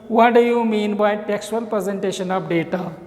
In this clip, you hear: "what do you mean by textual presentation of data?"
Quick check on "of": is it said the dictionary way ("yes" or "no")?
no